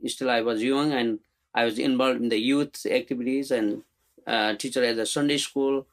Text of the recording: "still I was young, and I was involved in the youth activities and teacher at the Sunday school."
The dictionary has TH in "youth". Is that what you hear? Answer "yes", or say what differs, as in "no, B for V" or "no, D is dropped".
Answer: no, T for TH